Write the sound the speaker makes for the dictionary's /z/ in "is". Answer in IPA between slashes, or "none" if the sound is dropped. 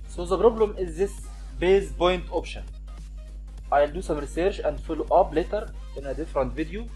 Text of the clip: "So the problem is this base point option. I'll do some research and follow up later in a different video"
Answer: /z/